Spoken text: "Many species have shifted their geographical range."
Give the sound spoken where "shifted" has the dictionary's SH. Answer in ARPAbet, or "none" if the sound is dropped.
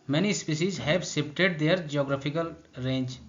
S